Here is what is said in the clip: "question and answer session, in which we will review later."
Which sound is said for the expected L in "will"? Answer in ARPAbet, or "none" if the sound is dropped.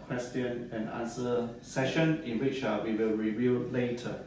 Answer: L